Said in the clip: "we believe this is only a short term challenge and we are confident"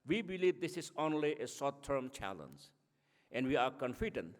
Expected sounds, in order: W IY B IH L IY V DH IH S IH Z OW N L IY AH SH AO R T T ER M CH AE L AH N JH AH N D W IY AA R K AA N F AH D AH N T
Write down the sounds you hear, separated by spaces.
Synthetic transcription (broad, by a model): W IY B IH L IY V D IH S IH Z OW N L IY AH S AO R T T ER M CH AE L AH N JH AH N D W IY AA R K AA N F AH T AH N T